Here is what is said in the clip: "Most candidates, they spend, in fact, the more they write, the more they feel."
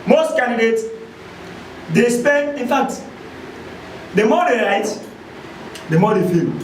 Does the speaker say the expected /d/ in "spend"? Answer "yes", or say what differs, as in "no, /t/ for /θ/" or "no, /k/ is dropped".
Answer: no, /d/ is dropped